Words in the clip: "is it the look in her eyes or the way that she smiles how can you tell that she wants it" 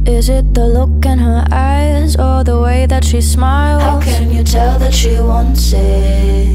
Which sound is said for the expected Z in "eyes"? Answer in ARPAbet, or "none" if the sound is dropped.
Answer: Z